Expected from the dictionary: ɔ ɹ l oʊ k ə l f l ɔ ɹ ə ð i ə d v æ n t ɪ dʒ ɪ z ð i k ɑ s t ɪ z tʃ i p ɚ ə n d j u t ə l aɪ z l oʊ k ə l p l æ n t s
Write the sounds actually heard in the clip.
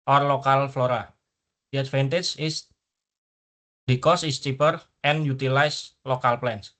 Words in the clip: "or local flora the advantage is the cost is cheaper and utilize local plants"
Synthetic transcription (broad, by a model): ɔ ɹ l oʊ k ə l f l ɔ ɹ ə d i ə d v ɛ n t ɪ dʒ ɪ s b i k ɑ s ɪ s tʃ i p ɚ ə n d j u t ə l aɪ s l oʊ k ə l p l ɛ n s